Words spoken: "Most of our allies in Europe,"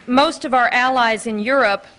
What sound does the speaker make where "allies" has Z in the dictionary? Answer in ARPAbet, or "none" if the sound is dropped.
Z